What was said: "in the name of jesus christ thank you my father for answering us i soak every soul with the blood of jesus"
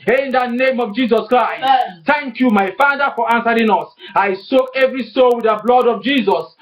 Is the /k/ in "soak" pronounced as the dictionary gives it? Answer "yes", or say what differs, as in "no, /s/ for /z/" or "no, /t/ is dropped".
no, /k/ is dropped